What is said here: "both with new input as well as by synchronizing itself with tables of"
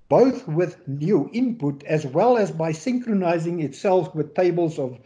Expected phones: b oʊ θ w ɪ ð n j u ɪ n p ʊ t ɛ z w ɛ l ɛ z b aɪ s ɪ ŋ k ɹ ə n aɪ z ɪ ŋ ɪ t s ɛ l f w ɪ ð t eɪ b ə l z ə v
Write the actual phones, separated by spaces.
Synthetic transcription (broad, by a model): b oʊ θ w ɪ ð n j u ɪ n p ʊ t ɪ z w ɛ l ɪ z b aɪ s ɪ ŋ k ɹ ə n aɪ z ɪ ŋ ɪ t s ɛ l f w ɪ ð t eɪ b ə l z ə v